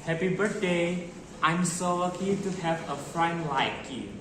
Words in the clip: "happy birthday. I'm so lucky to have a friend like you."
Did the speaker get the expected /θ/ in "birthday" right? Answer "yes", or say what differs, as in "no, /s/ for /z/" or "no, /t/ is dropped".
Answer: no, /t/ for /θ/